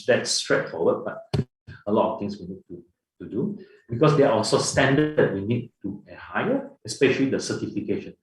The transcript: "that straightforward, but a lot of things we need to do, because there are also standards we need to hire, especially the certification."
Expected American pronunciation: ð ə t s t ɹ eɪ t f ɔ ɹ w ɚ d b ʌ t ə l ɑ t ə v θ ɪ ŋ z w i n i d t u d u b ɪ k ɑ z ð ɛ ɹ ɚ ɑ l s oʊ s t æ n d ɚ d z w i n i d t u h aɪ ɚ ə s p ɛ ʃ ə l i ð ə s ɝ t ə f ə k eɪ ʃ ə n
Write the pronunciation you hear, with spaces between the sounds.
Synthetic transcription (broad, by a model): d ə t s t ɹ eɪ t f ɔ w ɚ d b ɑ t ə l ɑ t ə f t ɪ ŋ s w i n i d t u d u b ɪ k ɑ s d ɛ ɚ ɑ l s oʊ s t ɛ n d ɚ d w i n i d t u h aɪ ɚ ə s p ɛ ʃ ə l i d ə s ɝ t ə f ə k eɪ ʃ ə n